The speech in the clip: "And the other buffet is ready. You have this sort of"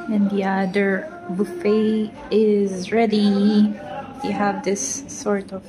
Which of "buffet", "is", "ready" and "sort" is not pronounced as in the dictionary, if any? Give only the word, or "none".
none